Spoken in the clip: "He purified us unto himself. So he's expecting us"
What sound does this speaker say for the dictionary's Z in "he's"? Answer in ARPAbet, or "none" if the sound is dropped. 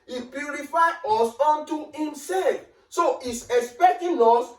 S